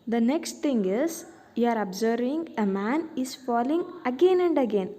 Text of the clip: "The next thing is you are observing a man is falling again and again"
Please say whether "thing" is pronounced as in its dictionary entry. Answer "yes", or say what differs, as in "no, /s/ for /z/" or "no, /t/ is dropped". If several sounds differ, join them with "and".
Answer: no, /t/ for /θ/